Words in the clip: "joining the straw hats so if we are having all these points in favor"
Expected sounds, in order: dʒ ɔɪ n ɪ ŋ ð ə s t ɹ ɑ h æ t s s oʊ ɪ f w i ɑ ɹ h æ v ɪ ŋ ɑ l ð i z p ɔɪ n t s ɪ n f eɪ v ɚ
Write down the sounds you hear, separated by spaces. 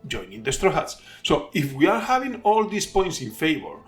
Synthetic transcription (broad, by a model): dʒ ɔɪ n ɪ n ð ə s t ɹ ɑ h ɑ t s s oʊ ɪ f w i ɑ ɹ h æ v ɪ ŋ ɑ l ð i s p ɔɪ n t s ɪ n f eɪ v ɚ